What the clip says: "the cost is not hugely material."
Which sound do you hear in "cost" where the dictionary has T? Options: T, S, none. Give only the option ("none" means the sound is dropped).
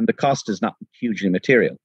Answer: T